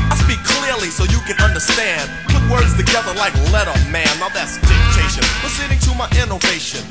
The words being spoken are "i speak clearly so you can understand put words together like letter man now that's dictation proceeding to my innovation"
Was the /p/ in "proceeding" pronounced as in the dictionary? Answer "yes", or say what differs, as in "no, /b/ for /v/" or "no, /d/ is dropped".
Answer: no, /f/ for /p/